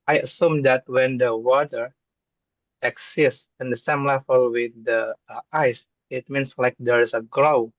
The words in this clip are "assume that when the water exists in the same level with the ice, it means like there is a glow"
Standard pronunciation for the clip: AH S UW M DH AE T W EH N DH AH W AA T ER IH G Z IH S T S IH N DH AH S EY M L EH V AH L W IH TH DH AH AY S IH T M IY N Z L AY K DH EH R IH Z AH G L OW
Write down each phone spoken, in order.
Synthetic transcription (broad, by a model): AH S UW M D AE T W EH N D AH W AA T ER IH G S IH S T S IH N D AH S EY M L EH F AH L W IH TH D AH AY S IH T M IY N S L AY K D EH R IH S AH G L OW